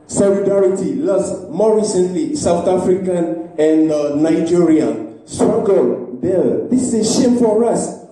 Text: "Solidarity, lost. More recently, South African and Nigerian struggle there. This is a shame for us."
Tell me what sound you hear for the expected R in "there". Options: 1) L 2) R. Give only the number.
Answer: 1